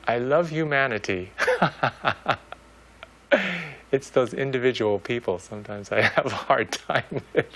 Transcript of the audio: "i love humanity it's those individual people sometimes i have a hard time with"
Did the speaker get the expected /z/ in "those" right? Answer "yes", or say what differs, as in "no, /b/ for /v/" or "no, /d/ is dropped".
yes